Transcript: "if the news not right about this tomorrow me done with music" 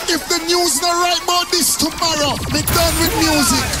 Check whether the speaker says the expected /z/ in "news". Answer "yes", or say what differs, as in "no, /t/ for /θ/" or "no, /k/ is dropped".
yes